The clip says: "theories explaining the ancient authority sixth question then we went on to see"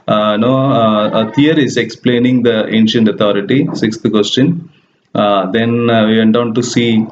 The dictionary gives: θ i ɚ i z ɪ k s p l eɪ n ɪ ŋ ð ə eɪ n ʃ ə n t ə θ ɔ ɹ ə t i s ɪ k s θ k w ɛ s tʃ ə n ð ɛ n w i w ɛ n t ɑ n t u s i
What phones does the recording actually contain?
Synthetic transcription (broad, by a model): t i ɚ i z ɪ k s p l eɪ n ɪ ŋ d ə eɪ n ʃ ə n t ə t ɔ ɹ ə t i s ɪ k s t k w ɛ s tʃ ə n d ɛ n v i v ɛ n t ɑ n t u s i